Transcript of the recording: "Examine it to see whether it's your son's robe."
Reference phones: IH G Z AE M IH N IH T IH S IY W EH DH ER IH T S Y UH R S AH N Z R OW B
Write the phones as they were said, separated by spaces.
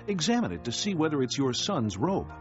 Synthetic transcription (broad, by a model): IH G Z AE M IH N IH T IH S IY W EH DH ER IH T S Y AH R S AH N Z R OW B